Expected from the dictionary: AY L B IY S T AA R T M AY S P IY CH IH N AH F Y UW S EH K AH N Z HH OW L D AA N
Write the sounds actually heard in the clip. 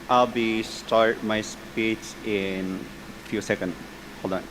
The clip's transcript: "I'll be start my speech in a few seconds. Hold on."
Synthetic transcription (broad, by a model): AY L B IY S T AA R T M AY S P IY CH IH N F Y UW S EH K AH N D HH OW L AA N